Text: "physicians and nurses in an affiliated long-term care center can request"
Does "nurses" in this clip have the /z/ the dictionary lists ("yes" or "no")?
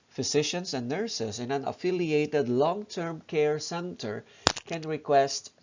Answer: no